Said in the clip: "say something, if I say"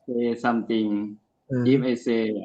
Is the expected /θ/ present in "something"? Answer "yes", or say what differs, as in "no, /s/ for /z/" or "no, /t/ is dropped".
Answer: no, /t/ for /θ/